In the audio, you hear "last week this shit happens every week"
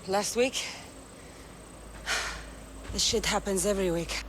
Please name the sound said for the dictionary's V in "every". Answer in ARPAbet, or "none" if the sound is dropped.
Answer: V